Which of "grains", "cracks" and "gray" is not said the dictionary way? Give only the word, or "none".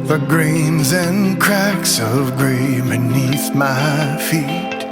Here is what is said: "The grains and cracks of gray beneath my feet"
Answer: none